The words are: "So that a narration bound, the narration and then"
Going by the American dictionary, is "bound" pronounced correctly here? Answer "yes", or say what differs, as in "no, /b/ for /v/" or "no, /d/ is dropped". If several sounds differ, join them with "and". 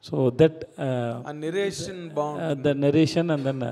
no, /n/ is dropped